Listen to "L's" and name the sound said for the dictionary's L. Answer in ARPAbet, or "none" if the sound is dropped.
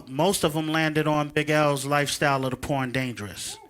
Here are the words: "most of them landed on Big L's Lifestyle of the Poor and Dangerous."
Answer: L